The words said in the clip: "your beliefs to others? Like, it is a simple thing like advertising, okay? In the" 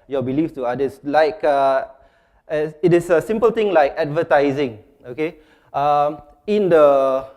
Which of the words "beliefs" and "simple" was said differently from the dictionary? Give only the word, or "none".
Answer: beliefs